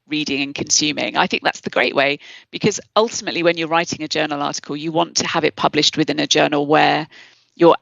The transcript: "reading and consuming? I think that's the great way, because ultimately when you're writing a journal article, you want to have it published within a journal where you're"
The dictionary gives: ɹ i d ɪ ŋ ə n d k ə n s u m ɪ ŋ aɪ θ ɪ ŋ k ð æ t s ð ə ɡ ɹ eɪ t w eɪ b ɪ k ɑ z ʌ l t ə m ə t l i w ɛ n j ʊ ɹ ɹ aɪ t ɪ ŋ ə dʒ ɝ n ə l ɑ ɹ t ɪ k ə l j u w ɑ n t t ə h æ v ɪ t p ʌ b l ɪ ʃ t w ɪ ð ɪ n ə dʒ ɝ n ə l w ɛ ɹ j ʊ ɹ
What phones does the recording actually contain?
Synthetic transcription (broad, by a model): ɹ i d ɪ ŋ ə n k ə n s u m ɪ ŋ aɪ θ ɪ ŋ k ð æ t s ð ə ɡ ɹ eɪ t w eɪ b ɪ k ɑ z ʌ l t ə m ə t l i w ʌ n j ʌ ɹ ɹ aɪ t ɪ ŋ ə dʒ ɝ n ə l ɑ t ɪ k ə l j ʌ w ɑ n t t ə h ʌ v ɪ t p ʌ b l ɪ ʃ t w ɪ ð ɪ n ə dʒ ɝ n ə l w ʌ j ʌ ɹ